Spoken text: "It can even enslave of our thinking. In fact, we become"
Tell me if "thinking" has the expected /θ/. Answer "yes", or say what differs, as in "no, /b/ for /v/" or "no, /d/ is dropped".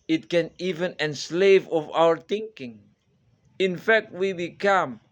no, /t/ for /θ/